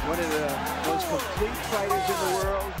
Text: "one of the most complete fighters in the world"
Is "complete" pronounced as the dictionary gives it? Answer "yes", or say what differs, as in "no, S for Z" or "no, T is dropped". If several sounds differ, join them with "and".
no, M is dropped